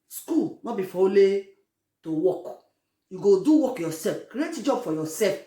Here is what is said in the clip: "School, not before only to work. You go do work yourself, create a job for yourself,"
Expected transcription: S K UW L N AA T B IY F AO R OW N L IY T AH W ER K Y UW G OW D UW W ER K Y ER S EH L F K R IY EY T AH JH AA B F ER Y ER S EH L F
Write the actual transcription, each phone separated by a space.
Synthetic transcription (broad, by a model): S K UW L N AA B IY F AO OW L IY T AH W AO K Y UW G OW D UW W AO K Y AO S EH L F K R IY EY T JH AA B F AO Y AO S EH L F